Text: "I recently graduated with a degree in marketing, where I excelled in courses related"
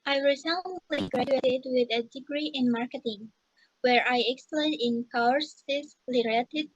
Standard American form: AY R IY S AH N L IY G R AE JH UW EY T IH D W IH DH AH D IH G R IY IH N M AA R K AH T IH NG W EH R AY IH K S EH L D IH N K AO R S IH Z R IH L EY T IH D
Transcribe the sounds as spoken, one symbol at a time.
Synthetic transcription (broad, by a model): AY R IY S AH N L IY G R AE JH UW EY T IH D W IH DH AH D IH G R IY IH N M AA R K AH T IH NG W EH R AY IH K S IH N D IH N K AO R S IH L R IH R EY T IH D